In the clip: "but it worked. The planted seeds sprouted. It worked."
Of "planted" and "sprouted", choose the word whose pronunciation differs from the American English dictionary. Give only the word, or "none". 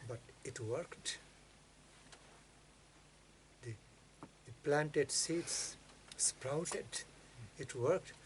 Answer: none